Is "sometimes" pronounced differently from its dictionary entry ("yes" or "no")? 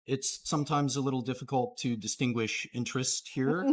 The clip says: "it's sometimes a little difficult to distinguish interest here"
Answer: no